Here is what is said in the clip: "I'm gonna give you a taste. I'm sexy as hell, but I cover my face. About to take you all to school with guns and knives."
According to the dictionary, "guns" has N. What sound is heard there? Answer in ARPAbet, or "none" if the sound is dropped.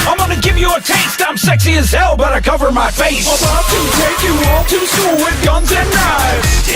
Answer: N